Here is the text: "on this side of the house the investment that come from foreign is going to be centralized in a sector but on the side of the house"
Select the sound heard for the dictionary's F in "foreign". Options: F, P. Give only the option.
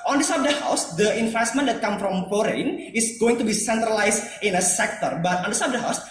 P